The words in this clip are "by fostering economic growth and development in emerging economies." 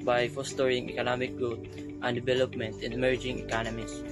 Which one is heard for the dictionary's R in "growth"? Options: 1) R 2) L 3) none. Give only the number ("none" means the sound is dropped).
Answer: 3